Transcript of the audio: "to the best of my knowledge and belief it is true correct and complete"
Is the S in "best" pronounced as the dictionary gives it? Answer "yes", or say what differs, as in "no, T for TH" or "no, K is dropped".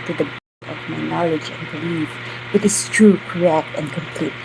no, S is dropped